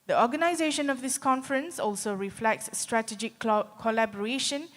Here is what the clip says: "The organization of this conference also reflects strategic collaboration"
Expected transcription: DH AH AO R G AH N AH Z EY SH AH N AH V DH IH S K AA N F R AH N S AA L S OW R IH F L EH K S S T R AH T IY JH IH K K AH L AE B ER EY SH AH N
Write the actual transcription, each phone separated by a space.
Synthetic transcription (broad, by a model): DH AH AO G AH N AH Z EY SH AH N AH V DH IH S K AA N F R AH N S AA L S OW R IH F L EH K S S T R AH T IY JH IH K K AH L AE B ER EY SH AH N